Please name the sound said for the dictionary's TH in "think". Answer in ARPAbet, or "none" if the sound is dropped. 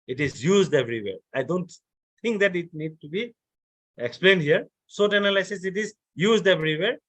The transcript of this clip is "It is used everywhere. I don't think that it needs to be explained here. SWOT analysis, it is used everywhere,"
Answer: T